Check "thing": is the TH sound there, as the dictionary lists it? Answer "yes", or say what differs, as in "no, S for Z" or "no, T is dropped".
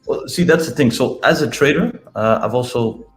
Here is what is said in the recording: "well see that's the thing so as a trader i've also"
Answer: yes